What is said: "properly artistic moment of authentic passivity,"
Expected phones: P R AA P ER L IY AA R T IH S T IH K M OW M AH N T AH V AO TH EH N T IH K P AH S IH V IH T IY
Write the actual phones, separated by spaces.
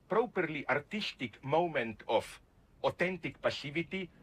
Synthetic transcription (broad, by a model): P R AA P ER L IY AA R T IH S T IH K M OW M AH N T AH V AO T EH N T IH K P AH S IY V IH T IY